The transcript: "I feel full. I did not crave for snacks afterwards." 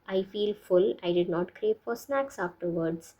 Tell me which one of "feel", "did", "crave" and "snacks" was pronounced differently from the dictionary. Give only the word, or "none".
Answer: crave